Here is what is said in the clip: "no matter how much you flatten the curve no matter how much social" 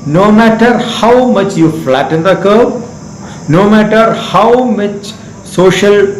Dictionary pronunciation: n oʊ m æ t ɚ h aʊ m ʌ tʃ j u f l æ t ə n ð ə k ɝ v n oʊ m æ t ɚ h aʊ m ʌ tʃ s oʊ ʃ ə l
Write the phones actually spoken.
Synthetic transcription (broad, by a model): n oʊ m æ t ɚ h aʊ m ʌ tʃ j u f l æ t ə n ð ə k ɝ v n oʊ m æ t ɚ h aʊ m ʌ tʃ s oʊ ʃ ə l